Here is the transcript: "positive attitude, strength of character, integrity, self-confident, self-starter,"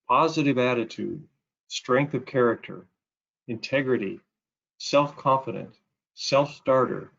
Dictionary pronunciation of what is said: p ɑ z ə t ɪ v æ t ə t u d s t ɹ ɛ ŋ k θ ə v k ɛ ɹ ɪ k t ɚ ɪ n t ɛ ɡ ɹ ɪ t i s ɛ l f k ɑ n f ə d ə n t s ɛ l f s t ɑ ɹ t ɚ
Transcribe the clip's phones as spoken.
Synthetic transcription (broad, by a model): p ɑ z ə t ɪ v æ t ə t u d s t ɹ ɛ ŋ k θ ə v k ɛ ɹ ɪ k t ɚ ɪ n t ɛ ɡ ɹ ɪ t i s ɛ l f k ɑ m f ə d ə n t s ɛ l f s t ɑ ɹ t ɚ